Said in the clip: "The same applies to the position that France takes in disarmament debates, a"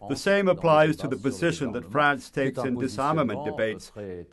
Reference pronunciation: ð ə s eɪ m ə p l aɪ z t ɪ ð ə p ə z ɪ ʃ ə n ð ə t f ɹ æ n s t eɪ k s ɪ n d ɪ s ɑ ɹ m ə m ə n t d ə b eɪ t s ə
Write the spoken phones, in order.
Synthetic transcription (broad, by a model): ð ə s eɪ m ə p l aɪ z t ɪ ð ə p ə z ɪ ʃ ə n ð ə t f ɹ æ n s t eɪ k s ɪ n d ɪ s ɑ ɹ m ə m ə n d ə b eɪ t s